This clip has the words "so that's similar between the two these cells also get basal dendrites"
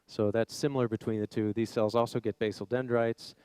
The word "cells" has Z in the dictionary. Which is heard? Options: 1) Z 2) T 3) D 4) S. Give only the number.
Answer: 1